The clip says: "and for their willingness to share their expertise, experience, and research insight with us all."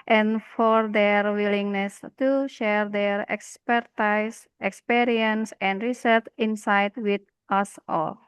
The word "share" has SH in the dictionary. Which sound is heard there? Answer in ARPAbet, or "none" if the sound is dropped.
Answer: SH